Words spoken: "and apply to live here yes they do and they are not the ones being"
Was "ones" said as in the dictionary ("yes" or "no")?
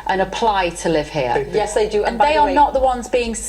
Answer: yes